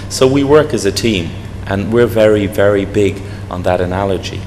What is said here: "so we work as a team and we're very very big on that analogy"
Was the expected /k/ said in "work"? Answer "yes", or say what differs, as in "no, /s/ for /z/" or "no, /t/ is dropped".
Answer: yes